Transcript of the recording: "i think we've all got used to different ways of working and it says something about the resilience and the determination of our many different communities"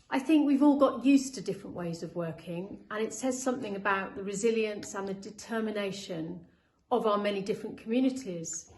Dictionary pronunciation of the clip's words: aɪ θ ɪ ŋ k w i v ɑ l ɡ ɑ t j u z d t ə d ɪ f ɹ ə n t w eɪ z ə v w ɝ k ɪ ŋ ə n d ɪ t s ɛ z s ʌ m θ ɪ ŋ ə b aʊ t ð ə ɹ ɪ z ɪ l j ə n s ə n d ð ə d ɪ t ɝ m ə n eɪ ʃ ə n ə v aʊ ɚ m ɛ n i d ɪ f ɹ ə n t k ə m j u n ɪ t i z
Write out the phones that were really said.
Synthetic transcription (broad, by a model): aɪ θ ɪ ŋ k w i v ɑ l ɡ ɑ t j u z t ə d ɪ f ɹ ə n t w eɪ z ə v w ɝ k ɪ ŋ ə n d ɪ t s ɛ z s ʌ m θ ɪ ŋ ə b aʊ t ð ə ɹ ɪ z ɪ l j ə n s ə n ð ə d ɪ t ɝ m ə n eɪ ʃ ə n ə v aʊ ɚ m ɛ n i d ɪ f ɹ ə n k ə m j u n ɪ t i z